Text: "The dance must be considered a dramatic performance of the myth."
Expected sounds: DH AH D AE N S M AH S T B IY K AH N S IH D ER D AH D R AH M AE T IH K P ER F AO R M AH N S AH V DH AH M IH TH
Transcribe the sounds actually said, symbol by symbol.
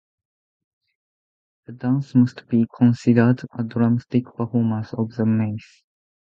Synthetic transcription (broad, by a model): DH AH D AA N S M AH S T B IY K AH N S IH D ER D AH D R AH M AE T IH K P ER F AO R M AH S AH V DH AH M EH S